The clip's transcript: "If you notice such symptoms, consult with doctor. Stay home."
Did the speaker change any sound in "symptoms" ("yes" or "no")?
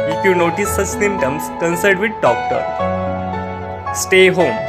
yes